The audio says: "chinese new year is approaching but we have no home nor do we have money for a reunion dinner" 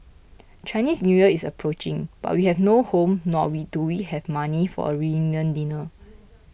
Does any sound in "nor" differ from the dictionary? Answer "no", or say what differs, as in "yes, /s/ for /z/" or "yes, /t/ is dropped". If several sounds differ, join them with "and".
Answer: yes, /w/ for /ɹ/